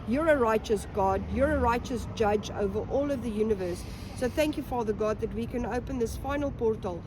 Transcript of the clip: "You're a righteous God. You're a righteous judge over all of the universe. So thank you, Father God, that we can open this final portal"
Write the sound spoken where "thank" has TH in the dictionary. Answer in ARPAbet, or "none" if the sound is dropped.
TH